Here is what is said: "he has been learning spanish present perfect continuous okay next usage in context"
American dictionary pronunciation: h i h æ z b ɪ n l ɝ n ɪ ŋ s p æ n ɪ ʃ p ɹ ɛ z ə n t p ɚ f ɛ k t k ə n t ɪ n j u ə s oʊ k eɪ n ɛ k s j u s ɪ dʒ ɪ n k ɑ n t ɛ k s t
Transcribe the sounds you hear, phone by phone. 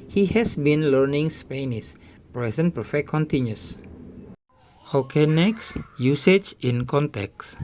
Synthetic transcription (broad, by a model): h i h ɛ s b ɪ n l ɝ n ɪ ŋ s p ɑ n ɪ s p ɹ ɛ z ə n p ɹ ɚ f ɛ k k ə n t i n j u s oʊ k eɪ n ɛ k s j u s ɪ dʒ ɪ n k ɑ n t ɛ k s